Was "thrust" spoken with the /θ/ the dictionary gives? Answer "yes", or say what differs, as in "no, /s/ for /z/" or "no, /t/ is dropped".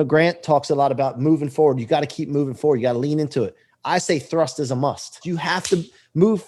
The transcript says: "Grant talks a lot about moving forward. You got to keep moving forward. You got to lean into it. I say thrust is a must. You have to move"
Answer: yes